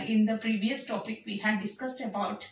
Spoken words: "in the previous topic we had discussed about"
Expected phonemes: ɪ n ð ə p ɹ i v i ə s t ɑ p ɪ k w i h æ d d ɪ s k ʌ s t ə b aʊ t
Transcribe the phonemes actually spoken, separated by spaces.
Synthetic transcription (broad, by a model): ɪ n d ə p ɹ i v i ə s t ɑ p ɪ k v i h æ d d ɪ s k ʌ s t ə b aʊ t